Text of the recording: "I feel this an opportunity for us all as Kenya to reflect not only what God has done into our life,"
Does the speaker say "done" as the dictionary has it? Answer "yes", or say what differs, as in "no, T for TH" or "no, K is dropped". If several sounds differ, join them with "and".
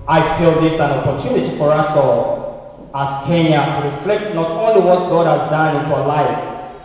yes